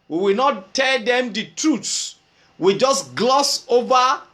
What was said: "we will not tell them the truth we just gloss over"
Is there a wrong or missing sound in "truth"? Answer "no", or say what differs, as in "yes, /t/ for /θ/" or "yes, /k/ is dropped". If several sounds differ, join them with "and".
yes, /s/ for /θ/